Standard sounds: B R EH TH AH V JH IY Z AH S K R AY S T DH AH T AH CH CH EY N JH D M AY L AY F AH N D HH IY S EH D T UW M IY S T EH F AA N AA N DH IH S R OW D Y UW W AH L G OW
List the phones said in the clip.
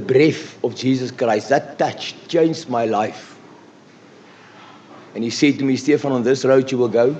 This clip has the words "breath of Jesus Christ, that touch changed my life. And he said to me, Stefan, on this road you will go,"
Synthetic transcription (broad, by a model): B R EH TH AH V JH IY Z AH S K R AY S T DH AH T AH CH CH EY N JH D M AY L AY F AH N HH IY S EH D T UW M IY S T EH F AA N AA N DH IH S R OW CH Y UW W AH L G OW